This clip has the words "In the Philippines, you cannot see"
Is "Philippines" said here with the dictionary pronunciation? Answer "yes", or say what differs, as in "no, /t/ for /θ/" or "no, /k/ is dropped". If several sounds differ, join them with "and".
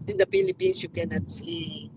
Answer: no, /s/ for /z/